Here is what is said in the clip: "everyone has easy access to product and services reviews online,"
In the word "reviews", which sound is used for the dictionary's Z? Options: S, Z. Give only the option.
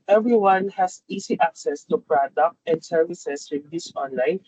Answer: S